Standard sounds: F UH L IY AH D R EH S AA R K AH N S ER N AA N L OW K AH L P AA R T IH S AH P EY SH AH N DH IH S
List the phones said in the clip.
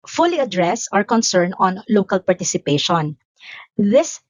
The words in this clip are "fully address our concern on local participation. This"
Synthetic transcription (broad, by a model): F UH L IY AH D R EH S AA R K AH N S ER N AA N L OW K AH L P AA R T IH S AH P EY SH AH N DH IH S